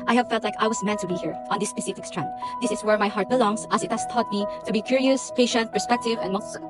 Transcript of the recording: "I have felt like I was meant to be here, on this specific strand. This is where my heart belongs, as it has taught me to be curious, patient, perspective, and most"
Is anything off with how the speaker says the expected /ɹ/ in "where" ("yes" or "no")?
no